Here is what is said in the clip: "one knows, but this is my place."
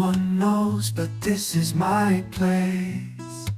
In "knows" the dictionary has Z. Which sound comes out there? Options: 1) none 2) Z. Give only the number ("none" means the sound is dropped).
2